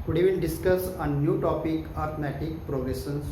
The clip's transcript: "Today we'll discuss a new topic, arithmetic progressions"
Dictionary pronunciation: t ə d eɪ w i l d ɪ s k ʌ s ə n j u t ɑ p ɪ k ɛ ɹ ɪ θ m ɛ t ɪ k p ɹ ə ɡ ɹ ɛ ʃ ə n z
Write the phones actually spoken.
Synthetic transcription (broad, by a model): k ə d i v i n d ɪ s k ʌ s ə n j u t ɑ p ɪ k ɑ ɹ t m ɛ t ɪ k p ɹ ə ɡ ɹ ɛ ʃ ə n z